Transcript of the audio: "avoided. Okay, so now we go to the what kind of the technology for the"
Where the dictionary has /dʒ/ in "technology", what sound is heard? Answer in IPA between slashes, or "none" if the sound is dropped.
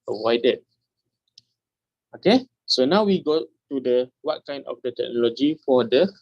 /dʒ/